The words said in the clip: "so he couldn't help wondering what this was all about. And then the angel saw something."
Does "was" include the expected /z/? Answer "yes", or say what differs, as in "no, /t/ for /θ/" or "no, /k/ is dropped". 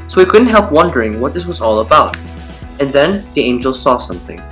yes